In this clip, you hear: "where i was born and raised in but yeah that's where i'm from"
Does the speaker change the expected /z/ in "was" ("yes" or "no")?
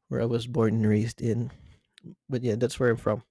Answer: no